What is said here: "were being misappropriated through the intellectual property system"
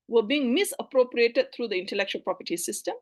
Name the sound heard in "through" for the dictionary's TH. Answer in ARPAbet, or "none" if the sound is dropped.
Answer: T